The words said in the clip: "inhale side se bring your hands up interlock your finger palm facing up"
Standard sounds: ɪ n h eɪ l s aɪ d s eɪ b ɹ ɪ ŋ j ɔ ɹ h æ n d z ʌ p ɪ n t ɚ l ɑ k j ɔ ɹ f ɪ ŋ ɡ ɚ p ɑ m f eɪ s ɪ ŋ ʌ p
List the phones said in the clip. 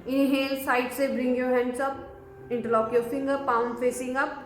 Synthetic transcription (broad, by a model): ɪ n h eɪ l s aɪ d s eɪ b ɹ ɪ ŋ j ɔ ɹ h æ n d s ʌ p ɪ n t ɚ l ɑ k j ɔ ɹ f ɪ ŋ ɡ ɚ p ɑ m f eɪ s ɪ ŋ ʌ p